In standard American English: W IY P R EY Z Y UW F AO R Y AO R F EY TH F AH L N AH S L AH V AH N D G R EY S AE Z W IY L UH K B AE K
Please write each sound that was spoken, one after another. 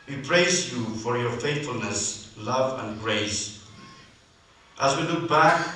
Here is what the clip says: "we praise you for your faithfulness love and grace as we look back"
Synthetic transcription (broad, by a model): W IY P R EY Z Y UW F AO R Y AO R F EY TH F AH L N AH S L AH V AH N G R EY S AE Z W IY L UH K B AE K